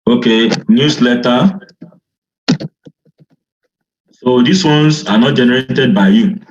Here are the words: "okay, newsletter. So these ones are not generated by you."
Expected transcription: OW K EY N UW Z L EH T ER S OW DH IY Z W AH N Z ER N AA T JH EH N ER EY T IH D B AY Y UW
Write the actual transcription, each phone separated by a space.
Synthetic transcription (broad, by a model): OW K EY N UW S L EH T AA S OW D IY S W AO N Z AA N AA T JH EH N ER EY T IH D B AY Y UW